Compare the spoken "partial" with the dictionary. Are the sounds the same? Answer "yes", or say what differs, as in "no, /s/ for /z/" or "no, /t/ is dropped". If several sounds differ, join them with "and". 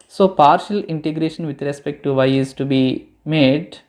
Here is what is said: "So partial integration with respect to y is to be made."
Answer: yes